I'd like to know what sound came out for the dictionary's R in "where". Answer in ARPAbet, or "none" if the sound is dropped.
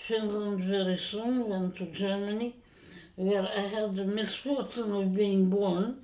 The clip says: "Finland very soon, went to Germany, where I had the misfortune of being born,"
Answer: R